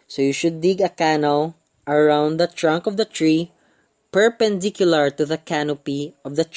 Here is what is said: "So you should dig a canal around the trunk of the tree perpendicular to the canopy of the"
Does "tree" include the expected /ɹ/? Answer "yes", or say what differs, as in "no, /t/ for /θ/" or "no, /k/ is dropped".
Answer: yes